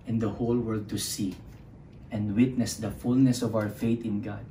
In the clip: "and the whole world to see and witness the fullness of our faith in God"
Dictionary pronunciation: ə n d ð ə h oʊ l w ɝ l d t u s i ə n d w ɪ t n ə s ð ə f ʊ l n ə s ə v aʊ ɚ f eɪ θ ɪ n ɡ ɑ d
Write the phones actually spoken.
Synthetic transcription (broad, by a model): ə n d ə h oʊ l w ɝ l d t u s i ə n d w ɪ t n ə s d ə f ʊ l n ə s ə v aʊ ɚ f eɪ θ ɪ n ɡ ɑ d